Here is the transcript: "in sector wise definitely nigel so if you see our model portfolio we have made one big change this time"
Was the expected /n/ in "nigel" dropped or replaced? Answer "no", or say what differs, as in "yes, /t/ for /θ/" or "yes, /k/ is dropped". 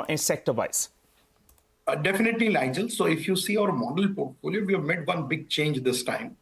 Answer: yes, /l/ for /n/